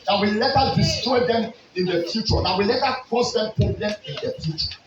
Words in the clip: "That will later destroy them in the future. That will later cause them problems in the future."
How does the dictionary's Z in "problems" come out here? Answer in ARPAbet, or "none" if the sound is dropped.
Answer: none